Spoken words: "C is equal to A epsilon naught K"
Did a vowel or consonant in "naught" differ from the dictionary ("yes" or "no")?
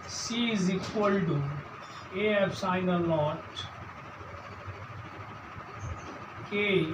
yes